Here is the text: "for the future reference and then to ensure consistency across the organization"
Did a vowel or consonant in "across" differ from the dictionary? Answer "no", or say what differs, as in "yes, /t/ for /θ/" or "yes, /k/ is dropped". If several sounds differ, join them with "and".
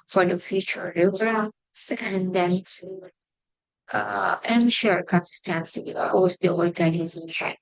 yes, /ɹ/ is dropped